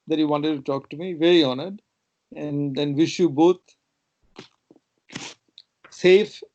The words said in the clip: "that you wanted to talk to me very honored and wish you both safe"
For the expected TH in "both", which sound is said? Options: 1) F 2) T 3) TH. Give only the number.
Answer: 2